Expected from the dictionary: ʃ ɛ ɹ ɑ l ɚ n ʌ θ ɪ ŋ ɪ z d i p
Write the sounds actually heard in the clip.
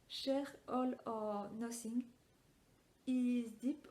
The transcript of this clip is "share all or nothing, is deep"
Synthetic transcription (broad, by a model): ʃ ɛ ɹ ɑ l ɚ n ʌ s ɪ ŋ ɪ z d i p